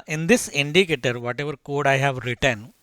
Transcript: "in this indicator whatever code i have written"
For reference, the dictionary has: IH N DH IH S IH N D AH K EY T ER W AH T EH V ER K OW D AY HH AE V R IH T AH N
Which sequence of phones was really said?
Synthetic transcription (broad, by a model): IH N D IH S IH N D AH K EY T ER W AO T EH V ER K OW D AY HH AE V R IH T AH N